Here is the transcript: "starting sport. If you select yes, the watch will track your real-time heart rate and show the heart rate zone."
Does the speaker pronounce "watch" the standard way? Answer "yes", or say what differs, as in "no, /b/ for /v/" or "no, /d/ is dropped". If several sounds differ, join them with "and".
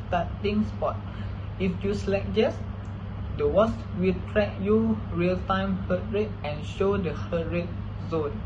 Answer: no, /s/ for /tʃ/